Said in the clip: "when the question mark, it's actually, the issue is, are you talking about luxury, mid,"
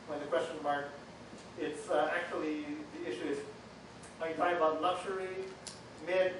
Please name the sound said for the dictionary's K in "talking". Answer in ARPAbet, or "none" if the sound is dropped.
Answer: none